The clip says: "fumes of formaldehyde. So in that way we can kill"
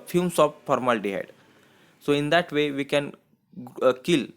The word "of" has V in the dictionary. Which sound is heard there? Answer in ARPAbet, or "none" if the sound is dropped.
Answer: P